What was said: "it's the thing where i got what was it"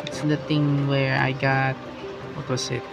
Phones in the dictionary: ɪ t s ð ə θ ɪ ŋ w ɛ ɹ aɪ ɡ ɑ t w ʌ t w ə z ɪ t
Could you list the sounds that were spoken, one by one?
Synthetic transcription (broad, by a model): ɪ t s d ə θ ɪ ŋ w ɛ ɹ aɪ ɡ ɑ t w ʌ t w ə s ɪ t